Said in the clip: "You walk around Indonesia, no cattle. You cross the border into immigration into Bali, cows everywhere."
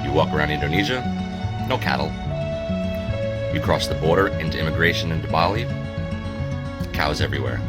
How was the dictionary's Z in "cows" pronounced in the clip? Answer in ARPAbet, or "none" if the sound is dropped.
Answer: Z